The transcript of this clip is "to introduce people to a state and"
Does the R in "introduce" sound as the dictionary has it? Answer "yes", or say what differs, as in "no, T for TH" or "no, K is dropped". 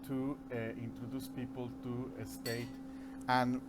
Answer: yes